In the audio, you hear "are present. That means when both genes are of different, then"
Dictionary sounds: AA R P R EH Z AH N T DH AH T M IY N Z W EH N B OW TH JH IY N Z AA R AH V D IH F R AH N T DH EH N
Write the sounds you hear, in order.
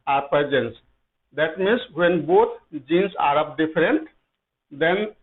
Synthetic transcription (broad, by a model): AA R P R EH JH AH N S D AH T M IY N S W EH N B OW T JH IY N S AA R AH P D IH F R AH N T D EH N